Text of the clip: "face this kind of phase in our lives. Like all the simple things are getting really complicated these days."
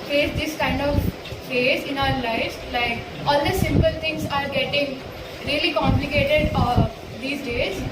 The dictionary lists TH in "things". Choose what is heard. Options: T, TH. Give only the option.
T